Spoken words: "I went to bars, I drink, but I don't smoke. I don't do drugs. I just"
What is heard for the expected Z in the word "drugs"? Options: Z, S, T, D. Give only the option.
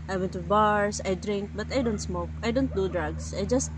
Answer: S